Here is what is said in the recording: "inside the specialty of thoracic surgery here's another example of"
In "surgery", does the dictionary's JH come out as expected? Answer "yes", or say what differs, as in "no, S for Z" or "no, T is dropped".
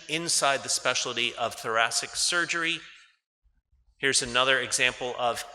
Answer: yes